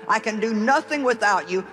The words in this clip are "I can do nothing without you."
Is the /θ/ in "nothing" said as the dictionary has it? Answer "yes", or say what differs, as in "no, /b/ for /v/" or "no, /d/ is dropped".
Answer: yes